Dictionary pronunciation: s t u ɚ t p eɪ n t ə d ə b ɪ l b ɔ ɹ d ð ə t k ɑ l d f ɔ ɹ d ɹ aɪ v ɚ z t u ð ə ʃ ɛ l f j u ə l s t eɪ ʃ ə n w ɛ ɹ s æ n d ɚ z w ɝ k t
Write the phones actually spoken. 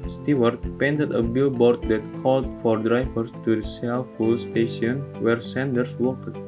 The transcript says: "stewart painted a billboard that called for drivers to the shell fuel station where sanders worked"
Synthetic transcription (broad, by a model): s t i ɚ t p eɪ n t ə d ə b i l b ɔ ɹ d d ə t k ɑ l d f ɔ ɹ d ɹ aɪ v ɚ s t u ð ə s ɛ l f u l s t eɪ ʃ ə n w ɛ ɹ s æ n d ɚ s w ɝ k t